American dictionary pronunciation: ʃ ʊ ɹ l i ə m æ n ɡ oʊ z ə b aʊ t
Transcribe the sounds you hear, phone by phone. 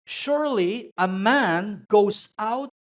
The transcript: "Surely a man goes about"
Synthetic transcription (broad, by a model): ʃ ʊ ɹ l i ə m æ n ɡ oʊ ə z aʊ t